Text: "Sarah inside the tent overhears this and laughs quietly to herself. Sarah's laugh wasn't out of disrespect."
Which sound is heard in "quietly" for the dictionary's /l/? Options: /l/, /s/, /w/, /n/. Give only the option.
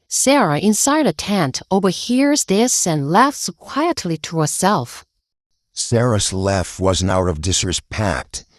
/l/